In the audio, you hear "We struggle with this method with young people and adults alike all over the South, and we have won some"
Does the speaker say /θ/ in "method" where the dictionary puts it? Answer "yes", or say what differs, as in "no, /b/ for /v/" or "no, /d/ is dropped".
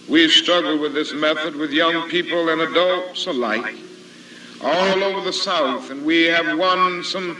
yes